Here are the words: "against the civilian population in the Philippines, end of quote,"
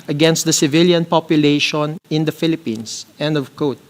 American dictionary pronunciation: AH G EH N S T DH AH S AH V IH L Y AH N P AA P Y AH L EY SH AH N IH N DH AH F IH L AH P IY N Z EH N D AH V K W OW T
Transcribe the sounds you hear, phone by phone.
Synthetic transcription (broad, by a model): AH G EH N S T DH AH S AH V IH L Y AH N P AA P Y AH L EY SH AH N IH N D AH F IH L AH P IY N S EH N D AH V K OW T